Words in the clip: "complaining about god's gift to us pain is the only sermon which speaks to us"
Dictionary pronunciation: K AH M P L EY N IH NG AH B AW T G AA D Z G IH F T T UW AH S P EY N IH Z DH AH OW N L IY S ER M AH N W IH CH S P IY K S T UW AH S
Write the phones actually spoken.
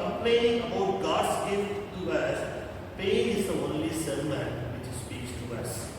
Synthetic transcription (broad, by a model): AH M P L EY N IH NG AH UH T G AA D S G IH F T T UW AH S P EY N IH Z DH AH OW N L IY S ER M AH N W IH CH S P IY K S T UW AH S